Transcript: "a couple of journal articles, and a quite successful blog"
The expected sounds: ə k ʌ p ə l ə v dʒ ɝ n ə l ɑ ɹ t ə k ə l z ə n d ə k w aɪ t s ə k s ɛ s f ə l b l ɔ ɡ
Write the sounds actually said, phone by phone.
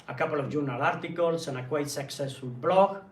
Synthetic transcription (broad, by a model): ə k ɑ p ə l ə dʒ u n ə l ɑ ɹ t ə k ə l s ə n ə k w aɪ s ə k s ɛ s ə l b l ɔ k